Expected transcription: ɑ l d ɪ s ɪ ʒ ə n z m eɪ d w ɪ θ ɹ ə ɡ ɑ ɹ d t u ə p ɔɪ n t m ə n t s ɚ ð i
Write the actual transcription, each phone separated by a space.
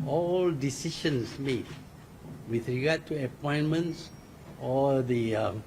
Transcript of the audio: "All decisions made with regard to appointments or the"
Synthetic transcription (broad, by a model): ɑ l d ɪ s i ʃ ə n s m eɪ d w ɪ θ ɹ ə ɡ ɑ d t u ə p ɔɪ n m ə n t s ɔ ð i